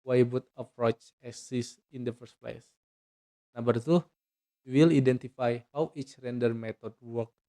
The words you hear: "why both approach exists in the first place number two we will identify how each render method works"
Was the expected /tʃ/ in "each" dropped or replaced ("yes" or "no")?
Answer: no